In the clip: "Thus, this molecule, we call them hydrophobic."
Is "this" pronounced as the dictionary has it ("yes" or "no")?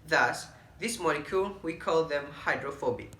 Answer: yes